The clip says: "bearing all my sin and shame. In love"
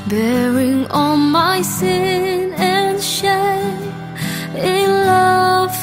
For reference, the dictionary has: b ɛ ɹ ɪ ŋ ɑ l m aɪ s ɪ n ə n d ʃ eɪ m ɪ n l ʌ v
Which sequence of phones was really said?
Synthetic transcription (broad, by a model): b ɛ ɹ ɪ ŋ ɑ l m aɪ s ɪ n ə n ʃ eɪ ɪ n l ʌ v